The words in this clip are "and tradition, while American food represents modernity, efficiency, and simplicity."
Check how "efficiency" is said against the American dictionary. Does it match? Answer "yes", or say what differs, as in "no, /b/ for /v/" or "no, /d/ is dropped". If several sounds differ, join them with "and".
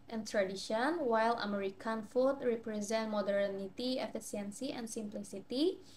no, /s/ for /ʃ/